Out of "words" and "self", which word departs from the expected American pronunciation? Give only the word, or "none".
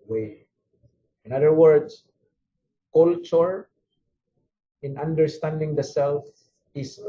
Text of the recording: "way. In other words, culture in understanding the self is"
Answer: words